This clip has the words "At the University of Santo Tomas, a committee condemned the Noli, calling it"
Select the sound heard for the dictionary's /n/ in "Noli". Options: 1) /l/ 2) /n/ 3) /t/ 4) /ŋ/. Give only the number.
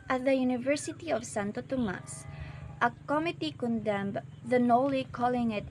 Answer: 2